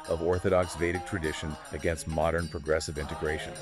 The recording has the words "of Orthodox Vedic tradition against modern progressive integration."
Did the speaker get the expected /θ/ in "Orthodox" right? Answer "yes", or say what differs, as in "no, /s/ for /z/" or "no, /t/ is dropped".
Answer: yes